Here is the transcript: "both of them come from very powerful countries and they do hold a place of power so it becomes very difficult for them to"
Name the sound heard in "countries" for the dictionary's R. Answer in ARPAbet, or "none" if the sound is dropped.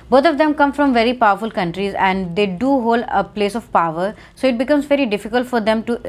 R